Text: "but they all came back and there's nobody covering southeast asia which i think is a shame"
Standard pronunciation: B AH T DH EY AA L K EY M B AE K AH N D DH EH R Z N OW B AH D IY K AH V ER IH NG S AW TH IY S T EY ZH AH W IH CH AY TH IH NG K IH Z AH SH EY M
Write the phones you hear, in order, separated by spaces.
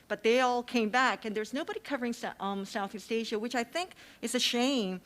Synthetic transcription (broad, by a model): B AH T DH EY AA L K EY M B AE K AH N DH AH R Z N OW B AH D IY K AH V ER IH NG S AW TH IY S T EY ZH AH W IH CH AY TH IH NG K IH Z AH SH EY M